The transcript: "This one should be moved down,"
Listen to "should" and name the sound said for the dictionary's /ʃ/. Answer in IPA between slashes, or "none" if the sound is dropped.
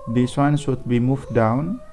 /s/